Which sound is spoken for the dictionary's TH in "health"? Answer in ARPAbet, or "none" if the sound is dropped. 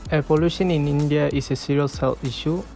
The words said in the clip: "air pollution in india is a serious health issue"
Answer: F